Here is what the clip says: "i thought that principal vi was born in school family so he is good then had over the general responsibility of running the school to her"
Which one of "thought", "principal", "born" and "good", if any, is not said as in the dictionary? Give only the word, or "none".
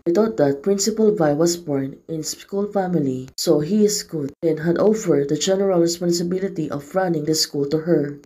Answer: thought